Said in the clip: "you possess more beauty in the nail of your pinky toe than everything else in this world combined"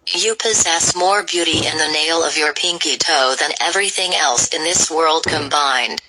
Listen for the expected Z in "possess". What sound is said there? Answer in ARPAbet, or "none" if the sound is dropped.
Z